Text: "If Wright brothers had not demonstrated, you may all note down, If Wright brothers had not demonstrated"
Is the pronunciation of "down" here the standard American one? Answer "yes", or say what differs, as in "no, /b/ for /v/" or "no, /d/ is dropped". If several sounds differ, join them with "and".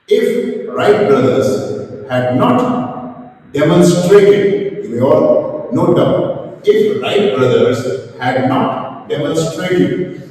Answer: no, /n/ is dropped